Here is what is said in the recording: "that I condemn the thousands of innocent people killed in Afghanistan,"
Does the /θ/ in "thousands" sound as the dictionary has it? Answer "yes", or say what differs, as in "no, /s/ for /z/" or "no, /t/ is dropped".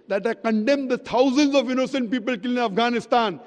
no, /t/ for /θ/